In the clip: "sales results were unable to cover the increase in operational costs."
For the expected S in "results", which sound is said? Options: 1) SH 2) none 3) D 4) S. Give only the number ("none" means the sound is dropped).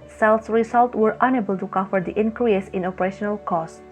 2